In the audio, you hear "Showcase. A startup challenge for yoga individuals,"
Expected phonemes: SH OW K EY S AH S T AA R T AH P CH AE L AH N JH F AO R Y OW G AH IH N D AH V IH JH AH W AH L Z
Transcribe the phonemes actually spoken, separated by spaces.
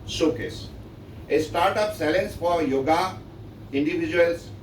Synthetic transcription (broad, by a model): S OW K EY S AH S T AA R T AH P S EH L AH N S F AO R Y OW G AH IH N D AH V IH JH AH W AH L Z